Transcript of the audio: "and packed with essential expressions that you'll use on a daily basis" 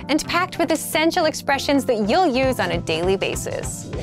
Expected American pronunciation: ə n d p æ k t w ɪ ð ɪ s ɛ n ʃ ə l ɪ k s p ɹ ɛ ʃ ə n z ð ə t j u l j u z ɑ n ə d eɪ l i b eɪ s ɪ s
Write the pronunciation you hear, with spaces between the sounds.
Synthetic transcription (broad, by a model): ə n p æ k t w ɪ ð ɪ s ɛ n ʃ l ɪ k s p ɹ ɛ ʃ ə n z ð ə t j u l j u z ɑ n ə d eɪ l i b eɪ s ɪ s